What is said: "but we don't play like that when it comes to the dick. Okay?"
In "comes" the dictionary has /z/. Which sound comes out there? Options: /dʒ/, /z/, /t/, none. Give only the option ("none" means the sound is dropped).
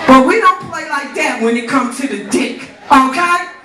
none